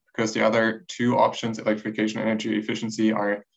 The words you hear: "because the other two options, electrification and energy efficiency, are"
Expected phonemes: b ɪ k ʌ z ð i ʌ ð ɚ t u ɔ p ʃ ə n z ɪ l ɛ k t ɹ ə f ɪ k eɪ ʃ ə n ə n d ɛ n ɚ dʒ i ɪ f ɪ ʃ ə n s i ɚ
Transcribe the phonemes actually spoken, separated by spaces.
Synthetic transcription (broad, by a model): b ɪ k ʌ z ð i ʌ ð ɚ t u ɔ p ʃ ə n z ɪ l ɛ k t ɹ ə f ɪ k eɪ ə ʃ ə n ɛ n ɚ dʒ i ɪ f ɪ ʃ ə n s i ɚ